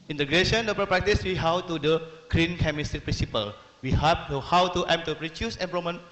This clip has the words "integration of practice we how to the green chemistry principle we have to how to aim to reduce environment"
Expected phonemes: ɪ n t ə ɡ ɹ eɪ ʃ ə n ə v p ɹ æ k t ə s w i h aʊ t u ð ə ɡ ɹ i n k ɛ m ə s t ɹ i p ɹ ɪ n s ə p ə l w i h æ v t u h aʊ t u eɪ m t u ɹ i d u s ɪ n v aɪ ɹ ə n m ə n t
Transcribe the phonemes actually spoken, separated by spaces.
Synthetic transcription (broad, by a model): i n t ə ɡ ɹ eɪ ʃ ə n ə p p ɹ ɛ k t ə s w i h aʊ t u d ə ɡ ɹ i n k ɛ m ə s t ɹ i p ɹ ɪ n s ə p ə l w i h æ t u h aʊ t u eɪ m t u ɹ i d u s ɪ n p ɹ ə m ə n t